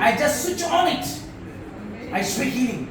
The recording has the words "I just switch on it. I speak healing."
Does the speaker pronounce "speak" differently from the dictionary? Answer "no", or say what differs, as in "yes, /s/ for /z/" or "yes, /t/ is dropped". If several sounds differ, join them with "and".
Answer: yes, /p/ is dropped